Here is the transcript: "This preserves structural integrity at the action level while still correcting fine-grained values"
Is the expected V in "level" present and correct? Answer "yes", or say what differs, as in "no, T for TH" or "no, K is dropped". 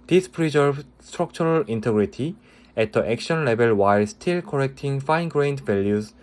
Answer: no, B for V